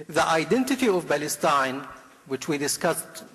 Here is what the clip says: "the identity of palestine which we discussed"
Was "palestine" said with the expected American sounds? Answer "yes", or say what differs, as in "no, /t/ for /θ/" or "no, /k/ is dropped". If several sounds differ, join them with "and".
no, /b/ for /p/